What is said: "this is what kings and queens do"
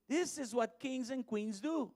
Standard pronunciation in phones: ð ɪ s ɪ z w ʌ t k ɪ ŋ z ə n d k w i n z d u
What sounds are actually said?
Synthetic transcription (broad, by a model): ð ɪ s ɪ z w ʌ t k ɪ ŋ z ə n k w i n z d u